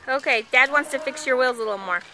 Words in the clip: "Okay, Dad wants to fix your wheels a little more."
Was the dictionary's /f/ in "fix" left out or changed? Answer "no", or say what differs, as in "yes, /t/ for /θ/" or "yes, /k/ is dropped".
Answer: no